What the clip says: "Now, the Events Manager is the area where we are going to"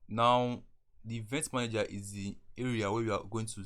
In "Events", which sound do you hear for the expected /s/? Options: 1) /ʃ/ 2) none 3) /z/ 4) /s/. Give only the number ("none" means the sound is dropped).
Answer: 2